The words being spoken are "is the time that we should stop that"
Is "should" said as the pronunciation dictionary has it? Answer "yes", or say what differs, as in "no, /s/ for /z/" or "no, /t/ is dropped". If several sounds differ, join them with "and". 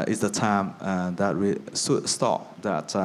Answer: no, /s/ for /ʃ/